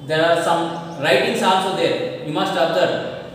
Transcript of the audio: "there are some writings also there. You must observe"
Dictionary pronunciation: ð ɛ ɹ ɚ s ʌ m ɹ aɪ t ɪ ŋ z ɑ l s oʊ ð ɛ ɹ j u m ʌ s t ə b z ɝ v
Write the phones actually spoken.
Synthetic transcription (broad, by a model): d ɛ ɹ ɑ s ʌ m ɹ aɪ t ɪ ŋ s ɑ n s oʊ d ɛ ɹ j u m ʌ s t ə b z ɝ